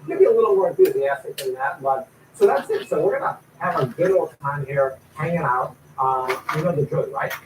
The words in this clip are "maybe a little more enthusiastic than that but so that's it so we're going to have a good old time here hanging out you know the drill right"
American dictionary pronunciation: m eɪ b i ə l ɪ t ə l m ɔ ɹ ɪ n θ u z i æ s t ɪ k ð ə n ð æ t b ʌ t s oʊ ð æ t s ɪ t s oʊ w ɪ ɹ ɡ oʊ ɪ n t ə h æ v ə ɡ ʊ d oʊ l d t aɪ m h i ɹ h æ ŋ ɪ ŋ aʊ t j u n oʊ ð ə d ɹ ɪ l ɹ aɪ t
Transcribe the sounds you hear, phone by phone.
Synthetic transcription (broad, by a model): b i ə l ɪ t l m ɔ ɹ ɪ n θ u z i æ s t ɪ k ð ə n ð æ t b ʌ t s oʊ ð æ t s ɪ t s oʊ w ɪ ɹ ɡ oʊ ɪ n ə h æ v ə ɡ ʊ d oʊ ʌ t aɪ m h i ɹ h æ ŋ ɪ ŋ aʊ t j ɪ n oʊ ð ə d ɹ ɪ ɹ aɪ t